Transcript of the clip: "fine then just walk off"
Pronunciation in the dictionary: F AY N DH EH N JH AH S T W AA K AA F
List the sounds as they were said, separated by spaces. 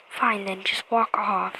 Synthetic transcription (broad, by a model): F AY N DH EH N JH AH S T W AA K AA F